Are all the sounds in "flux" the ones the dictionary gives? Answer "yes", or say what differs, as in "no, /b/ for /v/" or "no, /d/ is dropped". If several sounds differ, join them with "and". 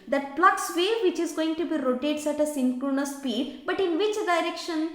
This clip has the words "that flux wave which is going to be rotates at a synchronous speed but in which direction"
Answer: no, /p/ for /f/